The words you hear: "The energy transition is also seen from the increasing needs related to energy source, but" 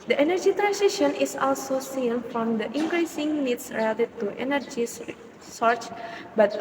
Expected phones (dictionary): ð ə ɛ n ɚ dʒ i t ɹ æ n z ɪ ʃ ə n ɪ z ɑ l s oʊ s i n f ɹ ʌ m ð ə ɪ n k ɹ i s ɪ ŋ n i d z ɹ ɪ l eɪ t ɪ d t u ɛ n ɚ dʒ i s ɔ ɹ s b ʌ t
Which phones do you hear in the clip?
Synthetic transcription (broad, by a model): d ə ɛ n ɚ dʒ i t ɹ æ n s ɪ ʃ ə n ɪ s ɑ l s oʊ s i n f ɹ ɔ m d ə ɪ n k ɹ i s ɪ ŋ n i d s ɹ ɪ l eɪ t ɪ d t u ɛ n ɚ dʒ i s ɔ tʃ b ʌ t